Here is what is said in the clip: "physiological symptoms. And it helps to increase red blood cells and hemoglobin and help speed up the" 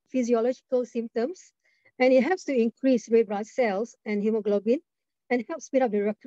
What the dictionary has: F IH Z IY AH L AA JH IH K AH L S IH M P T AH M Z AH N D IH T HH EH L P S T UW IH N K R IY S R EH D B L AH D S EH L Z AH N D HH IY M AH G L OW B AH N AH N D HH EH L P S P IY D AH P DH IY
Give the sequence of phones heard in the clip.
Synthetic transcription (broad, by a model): F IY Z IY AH L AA JH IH K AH L S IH M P T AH M S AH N IH T HH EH P S T UW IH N K R IY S R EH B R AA S EH L S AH N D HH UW M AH G L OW B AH N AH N HH EH L P S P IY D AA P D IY